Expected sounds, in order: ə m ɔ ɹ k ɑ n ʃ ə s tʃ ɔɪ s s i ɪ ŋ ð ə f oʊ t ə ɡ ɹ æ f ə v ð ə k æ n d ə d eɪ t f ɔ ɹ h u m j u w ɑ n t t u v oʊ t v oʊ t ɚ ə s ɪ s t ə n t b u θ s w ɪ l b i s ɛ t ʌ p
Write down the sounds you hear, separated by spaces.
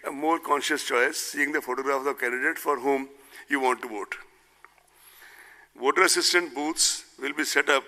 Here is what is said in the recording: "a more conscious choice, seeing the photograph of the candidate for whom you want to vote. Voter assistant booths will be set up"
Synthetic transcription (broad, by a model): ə m ɔ ɹ k ɑ n ʃ ə s tʃ ɔɪ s s i ɪ ŋ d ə f oʊ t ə ɡ ɹ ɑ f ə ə k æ n d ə d eɪ t f ɔ ɹ h u m j u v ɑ n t t u v oʊ t v oʊ t ɚ ə s ɪ s t ə n t b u t s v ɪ l b i s ɛ t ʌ p